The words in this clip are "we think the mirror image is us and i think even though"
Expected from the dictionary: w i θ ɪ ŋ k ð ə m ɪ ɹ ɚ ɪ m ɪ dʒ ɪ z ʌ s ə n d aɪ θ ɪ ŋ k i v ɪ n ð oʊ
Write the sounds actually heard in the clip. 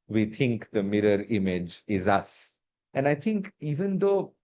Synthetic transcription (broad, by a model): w i t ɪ ŋ k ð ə m ɪ ɹ ɚ ɪ m ɪ dʒ ɪ z ʌ s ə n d aɪ t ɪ ŋ k i v ɪ n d oʊ